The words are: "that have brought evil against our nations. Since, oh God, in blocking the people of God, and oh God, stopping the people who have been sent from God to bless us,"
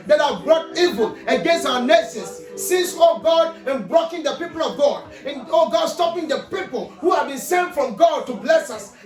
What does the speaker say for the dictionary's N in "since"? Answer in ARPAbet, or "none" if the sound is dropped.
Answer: none